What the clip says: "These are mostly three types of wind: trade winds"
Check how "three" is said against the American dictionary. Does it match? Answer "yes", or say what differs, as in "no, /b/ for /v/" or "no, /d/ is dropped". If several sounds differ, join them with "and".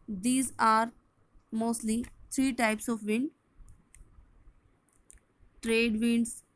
no, /t/ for /θ/